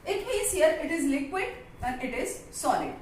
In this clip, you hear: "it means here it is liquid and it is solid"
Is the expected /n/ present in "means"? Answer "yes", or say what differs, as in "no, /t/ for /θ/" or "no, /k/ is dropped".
no, /n/ is dropped